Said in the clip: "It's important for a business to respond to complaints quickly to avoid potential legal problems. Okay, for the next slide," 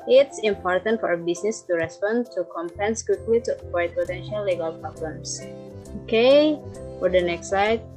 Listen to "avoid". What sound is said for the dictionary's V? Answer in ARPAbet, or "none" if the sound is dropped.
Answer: P